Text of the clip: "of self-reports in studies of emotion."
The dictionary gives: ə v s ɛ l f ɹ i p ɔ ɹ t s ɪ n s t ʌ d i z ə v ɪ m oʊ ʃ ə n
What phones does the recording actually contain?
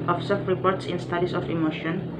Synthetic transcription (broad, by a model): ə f s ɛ f ɹ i p ɔ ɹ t s ɪ n s t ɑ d i s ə f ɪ m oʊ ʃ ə n